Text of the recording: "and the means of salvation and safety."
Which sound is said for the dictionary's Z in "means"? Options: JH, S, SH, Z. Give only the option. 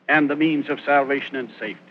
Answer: Z